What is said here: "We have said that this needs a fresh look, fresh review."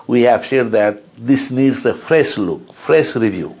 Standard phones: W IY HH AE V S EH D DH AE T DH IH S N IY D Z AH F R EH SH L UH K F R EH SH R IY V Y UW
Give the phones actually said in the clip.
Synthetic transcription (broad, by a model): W IY HH AE V SH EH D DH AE T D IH S N IY D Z AH F R EH SH L UH K F R EH SH R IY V Y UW